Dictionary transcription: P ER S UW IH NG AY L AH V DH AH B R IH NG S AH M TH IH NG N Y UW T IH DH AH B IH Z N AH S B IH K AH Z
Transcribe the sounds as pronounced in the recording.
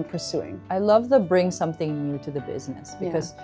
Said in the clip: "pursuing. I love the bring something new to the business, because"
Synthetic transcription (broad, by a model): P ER S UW IH NG AY L AH V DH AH B R IH NG S AH M TH IH NG N Y UW T IH DH AH B IH Z N AH S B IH K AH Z